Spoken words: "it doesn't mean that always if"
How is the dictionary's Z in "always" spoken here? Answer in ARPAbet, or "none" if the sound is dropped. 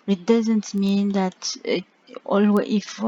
none